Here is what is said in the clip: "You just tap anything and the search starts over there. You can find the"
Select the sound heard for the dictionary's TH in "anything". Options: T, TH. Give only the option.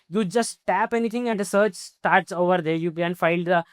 T